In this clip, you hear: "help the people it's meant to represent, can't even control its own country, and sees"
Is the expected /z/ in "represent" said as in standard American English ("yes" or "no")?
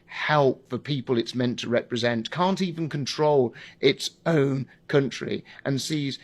yes